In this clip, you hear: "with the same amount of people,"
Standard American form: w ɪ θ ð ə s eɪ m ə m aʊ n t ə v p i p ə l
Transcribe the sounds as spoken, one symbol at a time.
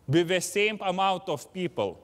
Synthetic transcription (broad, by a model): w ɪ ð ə s eɪ m ə m aʊ n t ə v p i p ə l